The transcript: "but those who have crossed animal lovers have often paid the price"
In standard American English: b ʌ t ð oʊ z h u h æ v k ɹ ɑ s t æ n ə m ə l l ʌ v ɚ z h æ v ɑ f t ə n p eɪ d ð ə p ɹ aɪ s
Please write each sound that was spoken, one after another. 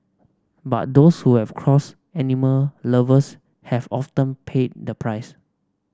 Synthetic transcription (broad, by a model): b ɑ t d oʊ s h u h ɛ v k ɹ ɑ s ɛ n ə m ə l l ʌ v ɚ s h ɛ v ɑ f t ə n p eɪ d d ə p ɹ aɪ s